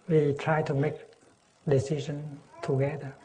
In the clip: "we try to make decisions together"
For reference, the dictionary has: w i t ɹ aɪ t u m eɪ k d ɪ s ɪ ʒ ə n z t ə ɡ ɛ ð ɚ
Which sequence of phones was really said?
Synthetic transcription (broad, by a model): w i t ɹ aɪ t u m eɪ k d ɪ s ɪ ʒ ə n t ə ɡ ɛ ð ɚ